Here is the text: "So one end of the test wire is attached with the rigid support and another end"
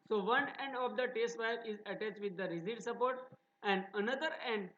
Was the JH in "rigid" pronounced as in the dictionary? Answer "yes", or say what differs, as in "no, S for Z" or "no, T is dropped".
no, Z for JH